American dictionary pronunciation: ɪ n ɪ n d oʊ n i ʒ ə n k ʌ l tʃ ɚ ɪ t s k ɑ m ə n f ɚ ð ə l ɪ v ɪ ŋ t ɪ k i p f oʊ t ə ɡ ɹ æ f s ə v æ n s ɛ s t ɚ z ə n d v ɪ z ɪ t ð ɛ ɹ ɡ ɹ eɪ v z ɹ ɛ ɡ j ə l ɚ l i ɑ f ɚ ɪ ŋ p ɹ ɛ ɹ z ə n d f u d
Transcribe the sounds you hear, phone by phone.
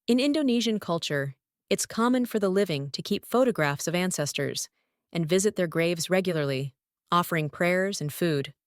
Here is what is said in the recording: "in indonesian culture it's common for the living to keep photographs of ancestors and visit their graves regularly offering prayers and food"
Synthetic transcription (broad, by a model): ɪ n ɪ n d oʊ n i ʒ ə n k ʌ l tʃ ɚ ɪ t s k ɑ m ə n f ɚ ð ə l ɪ v ɪ ŋ t ɪ k i p f oʊ t ə ɡ ɹ æ f s ə v æ n s ɛ s t ɚ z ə n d v ɪ z ɪ t ð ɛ ɹ ɡ ɹ eɪ v z ɹ ɛ ɡ j l ɚ l i ɑ f ɚ ɪ ŋ p ɹ ɛ ɹ z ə n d f u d